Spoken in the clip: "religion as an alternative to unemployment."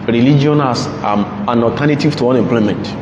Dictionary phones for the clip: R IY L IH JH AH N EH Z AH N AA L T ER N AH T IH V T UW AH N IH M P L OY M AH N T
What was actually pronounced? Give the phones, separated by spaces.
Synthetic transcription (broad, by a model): R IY L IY JH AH N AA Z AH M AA N T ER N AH T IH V T UW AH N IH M P L OY M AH N T